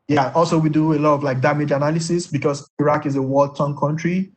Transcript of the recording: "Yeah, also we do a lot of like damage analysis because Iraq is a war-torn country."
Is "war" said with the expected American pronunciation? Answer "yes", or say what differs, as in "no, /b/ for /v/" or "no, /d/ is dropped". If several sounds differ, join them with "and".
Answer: no, /l/ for /ɹ/